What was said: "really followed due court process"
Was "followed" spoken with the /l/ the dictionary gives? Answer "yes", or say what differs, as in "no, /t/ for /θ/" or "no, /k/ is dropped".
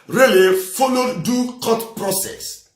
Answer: no, /n/ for /l/